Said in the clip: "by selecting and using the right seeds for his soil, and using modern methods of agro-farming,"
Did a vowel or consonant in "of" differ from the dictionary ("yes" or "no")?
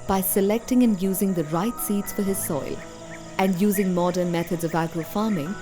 no